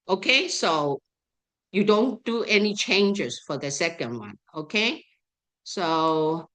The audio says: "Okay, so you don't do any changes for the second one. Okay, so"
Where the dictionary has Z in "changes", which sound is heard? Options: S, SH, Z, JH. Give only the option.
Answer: S